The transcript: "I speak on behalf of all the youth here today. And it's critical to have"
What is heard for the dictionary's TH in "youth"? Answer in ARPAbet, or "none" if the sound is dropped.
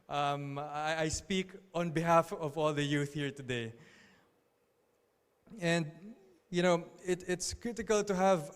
TH